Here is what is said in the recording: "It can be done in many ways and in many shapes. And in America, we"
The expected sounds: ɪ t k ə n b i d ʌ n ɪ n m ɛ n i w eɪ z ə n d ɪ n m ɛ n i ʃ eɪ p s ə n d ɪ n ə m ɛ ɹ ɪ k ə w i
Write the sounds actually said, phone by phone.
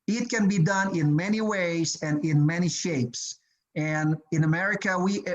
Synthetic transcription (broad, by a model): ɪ t k ə n b i d ʌ n ɪ n m ɛ n i w eɪ z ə n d ɪ n m ɛ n i ʃ eɪ p s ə n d ɪ n ə m ɛ ɹ ɪ k ə w i